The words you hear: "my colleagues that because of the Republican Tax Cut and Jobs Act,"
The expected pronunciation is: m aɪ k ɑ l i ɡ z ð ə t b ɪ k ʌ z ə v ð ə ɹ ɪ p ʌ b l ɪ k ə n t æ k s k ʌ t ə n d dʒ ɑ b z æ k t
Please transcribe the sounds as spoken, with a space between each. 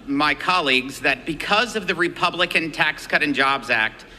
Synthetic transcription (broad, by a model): m aɪ k ɑ l i ɡ z ð ə t b ɪ k ʌ z ə v ð ə ɹ ɪ p ʌ b l ɪ k ə n t æ k s k ʌ t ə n dʒ ɑ b z æ k t